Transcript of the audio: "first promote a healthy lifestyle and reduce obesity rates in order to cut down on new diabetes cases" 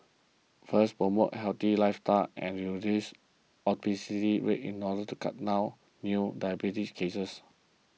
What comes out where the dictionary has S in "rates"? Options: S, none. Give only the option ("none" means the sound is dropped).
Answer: none